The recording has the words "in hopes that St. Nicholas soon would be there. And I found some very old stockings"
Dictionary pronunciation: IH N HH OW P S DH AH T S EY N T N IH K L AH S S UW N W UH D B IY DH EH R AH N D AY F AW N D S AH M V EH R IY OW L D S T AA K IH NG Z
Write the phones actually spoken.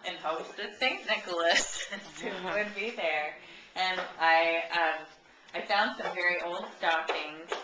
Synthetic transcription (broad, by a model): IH N HH OW S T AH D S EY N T N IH K L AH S S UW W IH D B IY DH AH R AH N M AY F AW N D S AH M V EH R IY OW L D S T AA K IH NG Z